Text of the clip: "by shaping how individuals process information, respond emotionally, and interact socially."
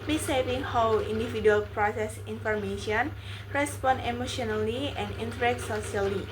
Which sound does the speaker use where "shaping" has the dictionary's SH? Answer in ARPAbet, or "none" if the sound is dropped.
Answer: S